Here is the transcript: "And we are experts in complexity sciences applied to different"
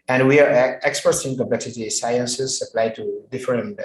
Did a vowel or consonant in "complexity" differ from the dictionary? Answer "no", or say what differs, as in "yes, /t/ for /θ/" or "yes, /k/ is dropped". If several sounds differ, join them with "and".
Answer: yes, /l/ is dropped